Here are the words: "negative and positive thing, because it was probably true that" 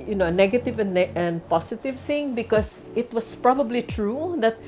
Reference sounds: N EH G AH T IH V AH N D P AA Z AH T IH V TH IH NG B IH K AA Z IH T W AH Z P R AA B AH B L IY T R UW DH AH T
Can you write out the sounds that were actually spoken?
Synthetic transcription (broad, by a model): N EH G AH T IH V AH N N P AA S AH T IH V TH IH NG B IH K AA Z IH T W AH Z P R AA B AH B L IY T R UW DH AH T